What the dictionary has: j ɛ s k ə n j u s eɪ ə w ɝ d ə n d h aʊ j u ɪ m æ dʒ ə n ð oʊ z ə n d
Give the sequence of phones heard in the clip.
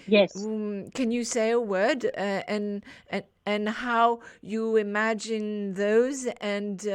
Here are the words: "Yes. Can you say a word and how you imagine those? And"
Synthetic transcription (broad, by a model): j ɛ s k ə n j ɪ s eɪ ə w ɝ d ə n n h aʊ j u ɪ m æ dʒ ə n ð oʊ z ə n